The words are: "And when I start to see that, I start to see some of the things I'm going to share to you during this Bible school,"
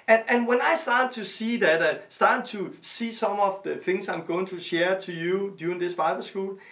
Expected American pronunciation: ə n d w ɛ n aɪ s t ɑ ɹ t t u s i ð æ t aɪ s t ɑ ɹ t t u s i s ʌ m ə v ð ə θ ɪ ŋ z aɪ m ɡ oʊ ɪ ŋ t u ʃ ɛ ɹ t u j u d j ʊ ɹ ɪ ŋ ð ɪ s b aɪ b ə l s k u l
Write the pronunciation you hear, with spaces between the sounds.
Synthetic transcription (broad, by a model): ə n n w ɛ n aɪ s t ɑ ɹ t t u s i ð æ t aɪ s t ɑ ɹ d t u s i s ʌ m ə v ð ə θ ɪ ŋ s aɪ m ɡ oʊ ɪ ŋ t u ʃ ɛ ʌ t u j u d j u ɪ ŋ ð ɪ s b aɪ b ə l s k u l